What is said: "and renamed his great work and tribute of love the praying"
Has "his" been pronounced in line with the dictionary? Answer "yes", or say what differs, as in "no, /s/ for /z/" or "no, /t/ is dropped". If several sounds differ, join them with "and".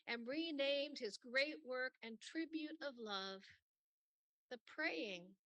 yes